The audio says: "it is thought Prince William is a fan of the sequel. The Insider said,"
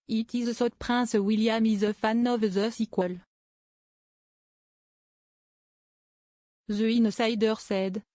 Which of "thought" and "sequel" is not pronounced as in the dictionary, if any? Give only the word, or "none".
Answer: thought